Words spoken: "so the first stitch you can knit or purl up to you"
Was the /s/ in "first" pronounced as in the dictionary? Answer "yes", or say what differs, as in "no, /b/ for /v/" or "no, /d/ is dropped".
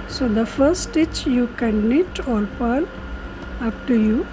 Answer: no, /s/ is dropped